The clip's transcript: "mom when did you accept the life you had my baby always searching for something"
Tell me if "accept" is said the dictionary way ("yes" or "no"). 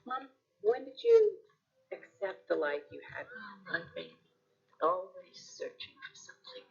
yes